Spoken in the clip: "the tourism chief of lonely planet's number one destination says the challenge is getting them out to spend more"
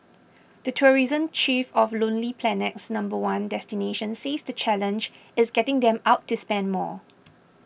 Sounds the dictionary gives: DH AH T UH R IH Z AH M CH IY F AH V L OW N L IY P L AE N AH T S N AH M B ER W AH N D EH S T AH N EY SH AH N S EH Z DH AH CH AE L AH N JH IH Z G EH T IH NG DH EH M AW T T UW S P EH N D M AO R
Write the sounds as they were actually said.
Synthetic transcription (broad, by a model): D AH T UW R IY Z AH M CH IY F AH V L OW N L IY P L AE N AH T S N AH M B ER W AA N D EH S T AH N EY SH AH N S EH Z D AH CH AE L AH N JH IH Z G EH T IH NG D EH M AW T T UW S P EH N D M AO